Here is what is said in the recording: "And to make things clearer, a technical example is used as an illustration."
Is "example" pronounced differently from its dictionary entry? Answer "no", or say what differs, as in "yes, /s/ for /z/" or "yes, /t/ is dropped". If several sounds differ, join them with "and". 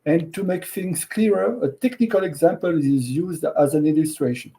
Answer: no